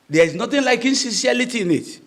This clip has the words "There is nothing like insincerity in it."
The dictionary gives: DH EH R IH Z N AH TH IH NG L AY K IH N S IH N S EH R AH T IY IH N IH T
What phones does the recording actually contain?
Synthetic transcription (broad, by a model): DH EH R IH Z N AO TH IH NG L AY K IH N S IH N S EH L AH T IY IH N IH T